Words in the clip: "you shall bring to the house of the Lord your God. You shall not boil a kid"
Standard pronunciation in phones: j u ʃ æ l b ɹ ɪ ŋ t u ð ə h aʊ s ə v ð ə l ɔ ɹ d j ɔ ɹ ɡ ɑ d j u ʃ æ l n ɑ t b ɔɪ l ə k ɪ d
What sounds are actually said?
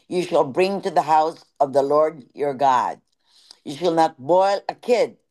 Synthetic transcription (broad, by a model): j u ʃ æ l b ɹ ɪ ŋ t u ð ə h aʊ s ə v ð ə l ɔ ɹ d j ɔ ɹ ɡ ɑ d j u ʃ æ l n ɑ t b ɔɪ l ə k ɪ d